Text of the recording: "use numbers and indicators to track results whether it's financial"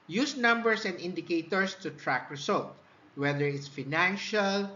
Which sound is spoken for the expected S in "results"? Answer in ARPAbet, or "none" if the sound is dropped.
none